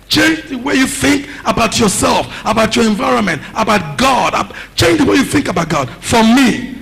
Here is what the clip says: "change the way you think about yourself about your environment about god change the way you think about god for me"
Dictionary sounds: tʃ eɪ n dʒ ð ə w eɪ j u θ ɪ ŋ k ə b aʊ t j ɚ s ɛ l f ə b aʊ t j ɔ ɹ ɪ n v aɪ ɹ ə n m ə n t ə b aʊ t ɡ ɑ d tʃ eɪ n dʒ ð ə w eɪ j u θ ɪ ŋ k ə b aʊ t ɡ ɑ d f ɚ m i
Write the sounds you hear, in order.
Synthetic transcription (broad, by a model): tʃ eɪ n dʒ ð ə w eɪ j u θ ɪ ŋ k ə b aʊ t j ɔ s ɛ l f ə b aʊ t j ɔ ɹ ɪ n v aɪ ɹ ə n m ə n t ə b aʊ t ɡ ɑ d tʃ eɪ n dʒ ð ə w eɪ j u θ ɪ ŋ k ə b aʊ t ɡ ɑ d f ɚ m i